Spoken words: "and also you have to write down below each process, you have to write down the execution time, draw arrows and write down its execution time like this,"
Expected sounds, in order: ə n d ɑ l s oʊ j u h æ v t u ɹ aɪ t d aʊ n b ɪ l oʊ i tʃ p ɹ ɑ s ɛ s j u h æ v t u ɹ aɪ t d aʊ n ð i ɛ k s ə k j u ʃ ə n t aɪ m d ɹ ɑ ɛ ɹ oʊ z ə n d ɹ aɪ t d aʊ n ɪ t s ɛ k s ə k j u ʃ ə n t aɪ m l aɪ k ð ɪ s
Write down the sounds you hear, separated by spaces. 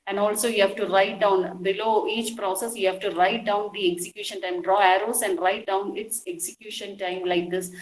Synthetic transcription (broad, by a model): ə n d ɑ l s oʊ j u h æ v t u ɹ aɪ t d aʊ n b ɪ l oʊ i tʃ p ɹ ɑ s ɛ s j u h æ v t u ɹ aɪ t d aʊ n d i ɛ k s ə k j u ʃ ə n t aɪ m d ɹ ɑ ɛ ɹ oʊ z ə n d ɹ aɪ t d aʊ n ɪ t s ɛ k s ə k j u ʃ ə n t aɪ m l aɪ k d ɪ s